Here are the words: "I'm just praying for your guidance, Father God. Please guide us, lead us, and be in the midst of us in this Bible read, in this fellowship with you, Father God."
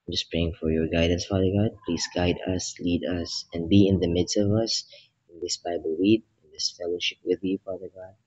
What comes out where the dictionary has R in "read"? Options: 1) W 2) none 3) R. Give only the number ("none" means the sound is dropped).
1